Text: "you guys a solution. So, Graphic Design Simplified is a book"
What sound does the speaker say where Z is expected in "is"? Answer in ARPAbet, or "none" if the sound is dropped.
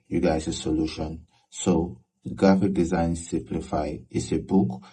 S